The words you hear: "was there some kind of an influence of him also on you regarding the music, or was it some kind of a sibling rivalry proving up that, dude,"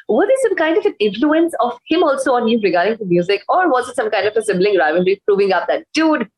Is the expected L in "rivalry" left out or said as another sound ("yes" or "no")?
yes